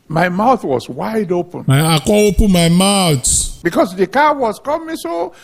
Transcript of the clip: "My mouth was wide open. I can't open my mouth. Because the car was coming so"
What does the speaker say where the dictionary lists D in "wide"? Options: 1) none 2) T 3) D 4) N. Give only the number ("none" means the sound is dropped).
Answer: 3